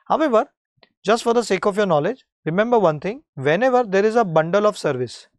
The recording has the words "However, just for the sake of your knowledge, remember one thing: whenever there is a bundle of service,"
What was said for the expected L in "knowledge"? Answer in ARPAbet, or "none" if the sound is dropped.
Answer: L